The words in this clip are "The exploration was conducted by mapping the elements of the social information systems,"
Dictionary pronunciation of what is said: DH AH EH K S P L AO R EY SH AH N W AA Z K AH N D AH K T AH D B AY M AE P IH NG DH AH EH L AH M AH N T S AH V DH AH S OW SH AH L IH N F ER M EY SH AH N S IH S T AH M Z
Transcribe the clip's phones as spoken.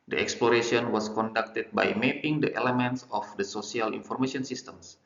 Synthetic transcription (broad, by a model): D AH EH K S P L AO R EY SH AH N W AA S K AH N D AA K T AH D B AY M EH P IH NG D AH EH L AH M AH N T S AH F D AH S OW S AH L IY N F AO M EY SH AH N S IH S T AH M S